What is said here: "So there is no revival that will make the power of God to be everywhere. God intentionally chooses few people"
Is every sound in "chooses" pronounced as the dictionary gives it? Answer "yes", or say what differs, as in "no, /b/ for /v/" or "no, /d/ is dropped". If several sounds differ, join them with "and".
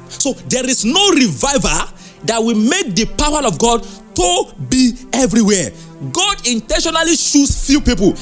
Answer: no, /ʃ/ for /tʃ/